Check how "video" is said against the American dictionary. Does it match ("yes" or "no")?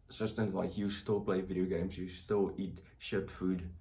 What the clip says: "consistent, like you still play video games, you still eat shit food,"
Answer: yes